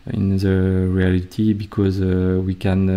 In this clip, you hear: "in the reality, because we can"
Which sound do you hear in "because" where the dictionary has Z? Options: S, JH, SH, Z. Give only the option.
Z